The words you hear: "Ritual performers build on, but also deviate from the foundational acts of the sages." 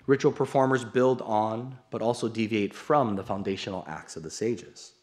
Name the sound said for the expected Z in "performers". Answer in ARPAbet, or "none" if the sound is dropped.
Z